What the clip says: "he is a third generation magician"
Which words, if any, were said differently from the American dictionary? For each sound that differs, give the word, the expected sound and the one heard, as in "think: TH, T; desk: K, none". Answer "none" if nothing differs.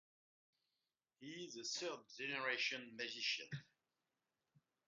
third: TH, S